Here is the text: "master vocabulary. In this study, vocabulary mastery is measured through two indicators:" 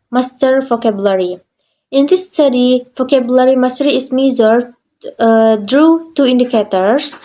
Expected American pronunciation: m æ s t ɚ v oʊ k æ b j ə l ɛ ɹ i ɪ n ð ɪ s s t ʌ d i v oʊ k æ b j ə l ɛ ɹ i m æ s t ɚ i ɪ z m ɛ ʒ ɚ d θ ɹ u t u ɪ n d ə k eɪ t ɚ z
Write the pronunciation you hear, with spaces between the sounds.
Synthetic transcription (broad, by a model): m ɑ s t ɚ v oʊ k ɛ b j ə l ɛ ɹ i ɪ n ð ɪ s s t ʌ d i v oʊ k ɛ b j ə l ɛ ɹ i m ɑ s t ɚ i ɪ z m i z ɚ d ɹ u t u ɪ n d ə k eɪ t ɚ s